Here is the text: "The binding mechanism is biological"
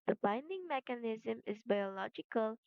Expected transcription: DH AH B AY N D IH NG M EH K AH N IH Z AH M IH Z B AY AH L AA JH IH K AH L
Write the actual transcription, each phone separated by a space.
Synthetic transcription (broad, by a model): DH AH B AY N D IH NG M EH K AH N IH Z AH M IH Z B AY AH L AA JH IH K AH L